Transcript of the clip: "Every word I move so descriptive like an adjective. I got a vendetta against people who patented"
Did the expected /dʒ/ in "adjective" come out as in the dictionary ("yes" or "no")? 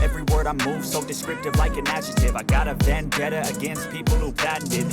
no